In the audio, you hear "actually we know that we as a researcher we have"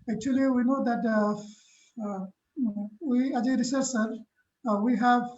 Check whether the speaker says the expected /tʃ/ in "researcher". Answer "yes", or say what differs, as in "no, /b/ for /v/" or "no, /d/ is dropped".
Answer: no, /s/ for /tʃ/